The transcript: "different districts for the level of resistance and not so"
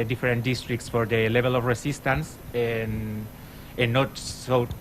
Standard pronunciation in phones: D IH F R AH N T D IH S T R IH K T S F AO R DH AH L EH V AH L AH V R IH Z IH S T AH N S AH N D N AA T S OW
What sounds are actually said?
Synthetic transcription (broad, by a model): D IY F R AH N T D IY S T R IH K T S F AO R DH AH L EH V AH L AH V R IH S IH S T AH N S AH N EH N AA T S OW